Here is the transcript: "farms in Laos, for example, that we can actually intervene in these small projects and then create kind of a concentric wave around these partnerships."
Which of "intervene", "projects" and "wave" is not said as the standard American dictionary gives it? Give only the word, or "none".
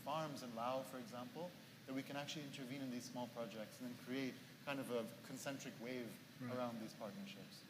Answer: none